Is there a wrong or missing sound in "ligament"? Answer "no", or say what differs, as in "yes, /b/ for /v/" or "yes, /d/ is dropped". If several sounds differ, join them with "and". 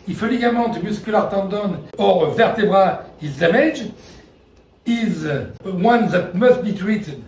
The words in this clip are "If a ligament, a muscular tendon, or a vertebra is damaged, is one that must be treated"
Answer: yes, /n/ is dropped